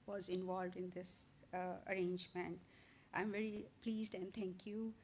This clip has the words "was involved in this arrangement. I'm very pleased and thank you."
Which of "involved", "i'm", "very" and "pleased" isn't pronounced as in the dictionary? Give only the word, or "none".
none